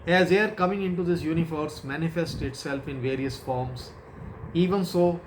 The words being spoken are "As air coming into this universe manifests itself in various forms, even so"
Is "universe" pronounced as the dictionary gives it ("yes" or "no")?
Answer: no